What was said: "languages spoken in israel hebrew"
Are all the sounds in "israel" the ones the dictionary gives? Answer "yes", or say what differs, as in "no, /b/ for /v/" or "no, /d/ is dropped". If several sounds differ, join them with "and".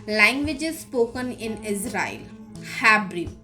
yes